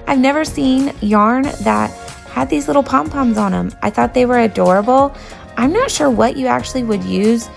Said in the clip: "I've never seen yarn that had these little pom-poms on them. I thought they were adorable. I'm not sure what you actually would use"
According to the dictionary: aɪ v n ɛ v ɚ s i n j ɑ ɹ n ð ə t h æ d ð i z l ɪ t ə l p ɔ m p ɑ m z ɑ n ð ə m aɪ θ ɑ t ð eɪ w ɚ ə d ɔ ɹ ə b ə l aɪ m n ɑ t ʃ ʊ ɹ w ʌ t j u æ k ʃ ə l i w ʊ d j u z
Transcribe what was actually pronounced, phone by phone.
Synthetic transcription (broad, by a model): aɪ v n ɛ v ɚ s i n j ɑ ɹ n ð ə t h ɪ d ð i z l ɪ t l p ɔ m p ɑ m z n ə m aɪ θ ɑ t ð eɪ w ɚ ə d ɔ ɹ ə b l aɪ m n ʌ t ʃ ʊ ɹ w ʌ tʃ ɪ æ k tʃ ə l i w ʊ d j u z